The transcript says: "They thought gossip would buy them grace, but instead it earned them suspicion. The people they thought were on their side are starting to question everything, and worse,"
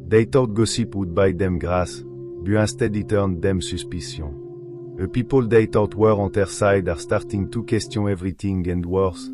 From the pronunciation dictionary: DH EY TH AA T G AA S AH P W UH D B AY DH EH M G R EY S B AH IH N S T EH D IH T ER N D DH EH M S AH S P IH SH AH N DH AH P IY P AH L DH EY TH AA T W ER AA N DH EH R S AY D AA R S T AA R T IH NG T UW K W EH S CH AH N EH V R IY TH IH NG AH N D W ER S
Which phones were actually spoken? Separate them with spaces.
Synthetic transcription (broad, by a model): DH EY T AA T G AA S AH P W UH D B AY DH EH M G R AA S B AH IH S T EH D IH T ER N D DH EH M S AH S P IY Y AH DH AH P IY P AH L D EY T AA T W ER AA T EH R S AY D AA R S T AA R T IH NG T UW K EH S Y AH EH V R IY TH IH NG AH N D W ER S